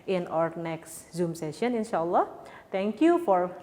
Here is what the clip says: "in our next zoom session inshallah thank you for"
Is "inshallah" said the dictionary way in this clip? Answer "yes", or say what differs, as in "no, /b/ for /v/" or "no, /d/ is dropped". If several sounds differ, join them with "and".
yes